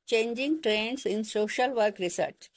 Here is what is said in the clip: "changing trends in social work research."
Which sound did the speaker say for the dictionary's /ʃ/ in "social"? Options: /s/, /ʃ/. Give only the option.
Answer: /ʃ/